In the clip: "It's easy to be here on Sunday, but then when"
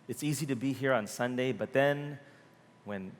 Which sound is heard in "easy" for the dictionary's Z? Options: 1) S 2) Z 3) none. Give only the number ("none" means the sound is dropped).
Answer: 2